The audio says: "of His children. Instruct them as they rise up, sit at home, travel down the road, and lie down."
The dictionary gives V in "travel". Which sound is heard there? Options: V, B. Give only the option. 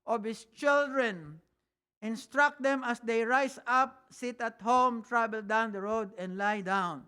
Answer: B